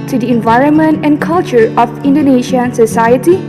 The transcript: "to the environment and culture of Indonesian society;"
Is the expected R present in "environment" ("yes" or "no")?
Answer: yes